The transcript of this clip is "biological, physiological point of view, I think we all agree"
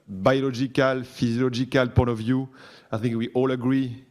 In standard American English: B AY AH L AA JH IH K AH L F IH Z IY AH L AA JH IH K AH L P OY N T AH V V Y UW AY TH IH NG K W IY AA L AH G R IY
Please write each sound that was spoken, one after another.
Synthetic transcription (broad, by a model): B AY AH L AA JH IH K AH L F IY Z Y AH L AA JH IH K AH L P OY T AH V V Y UW AY TH IH NG K W IY AA L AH G R IY